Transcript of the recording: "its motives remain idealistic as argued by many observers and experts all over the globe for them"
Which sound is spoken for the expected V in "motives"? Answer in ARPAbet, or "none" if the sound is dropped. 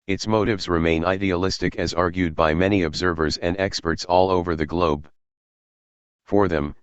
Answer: V